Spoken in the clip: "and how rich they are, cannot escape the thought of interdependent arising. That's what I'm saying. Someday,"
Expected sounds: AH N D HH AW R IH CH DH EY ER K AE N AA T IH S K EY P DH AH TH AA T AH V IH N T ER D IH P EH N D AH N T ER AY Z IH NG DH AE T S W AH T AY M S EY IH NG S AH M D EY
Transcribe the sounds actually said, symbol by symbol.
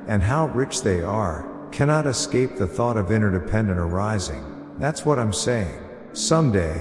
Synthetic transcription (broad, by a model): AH N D HH AW R IH CH DH EY ER K AE N AA T IH S K EY P DH AH TH AA T AH V IH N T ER D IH P EH N D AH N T ER AY Z IH NG DH AE T S W AH T AY M S EY IH NG S AH M D EY